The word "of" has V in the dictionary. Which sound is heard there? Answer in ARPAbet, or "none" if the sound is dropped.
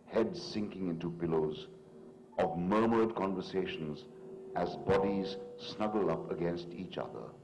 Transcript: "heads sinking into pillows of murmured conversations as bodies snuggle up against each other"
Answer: V